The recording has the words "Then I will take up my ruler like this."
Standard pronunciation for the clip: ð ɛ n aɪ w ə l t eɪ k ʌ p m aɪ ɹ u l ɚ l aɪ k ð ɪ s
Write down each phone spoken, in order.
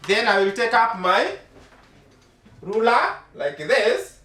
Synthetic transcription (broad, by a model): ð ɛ n aɪ w ə l t eɪ k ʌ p m aɪ ɹ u l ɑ l aɪ k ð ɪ s